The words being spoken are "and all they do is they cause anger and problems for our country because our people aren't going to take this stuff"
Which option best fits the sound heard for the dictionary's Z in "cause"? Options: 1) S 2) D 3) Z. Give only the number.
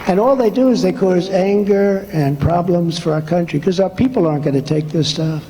3